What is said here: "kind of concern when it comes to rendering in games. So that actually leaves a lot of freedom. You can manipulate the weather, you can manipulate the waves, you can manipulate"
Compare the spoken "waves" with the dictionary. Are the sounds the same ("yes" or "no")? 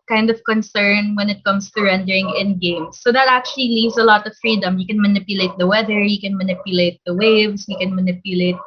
no